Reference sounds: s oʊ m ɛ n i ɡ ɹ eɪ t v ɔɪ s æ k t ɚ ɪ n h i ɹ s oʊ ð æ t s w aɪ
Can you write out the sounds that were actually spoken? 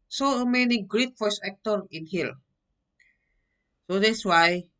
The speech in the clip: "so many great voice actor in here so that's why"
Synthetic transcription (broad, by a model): s oʊ m ɛ n i ɡ ɹ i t f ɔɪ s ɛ k t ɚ ɪ n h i l s oʊ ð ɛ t s w aɪ